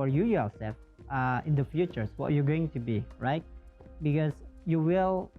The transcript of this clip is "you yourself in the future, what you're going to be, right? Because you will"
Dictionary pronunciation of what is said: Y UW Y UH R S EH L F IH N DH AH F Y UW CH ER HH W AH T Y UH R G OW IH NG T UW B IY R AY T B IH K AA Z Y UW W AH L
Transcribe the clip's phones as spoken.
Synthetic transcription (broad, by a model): Y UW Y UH L S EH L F IH N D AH F Y UW CH ER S W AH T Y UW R G OW IH NG T UW B IY R AY T B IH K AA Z Y UW W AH L